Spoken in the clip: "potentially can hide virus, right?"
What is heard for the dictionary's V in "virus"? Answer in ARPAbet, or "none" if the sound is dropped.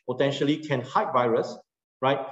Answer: V